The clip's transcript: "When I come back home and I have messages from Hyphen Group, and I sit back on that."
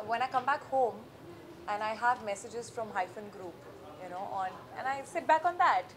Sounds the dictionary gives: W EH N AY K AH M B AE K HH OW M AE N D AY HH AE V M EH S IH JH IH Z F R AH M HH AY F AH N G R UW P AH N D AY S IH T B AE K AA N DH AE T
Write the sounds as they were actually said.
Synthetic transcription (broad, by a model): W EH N AY K AH M B AE K HH OW M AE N AY HH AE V M EH S IH JH IH Z F R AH M HH AY F AH N G R UW P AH N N AY S IH T B AE K AA N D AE T